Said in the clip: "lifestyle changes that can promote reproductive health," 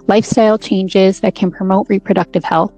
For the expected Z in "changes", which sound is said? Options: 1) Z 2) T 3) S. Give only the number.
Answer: 1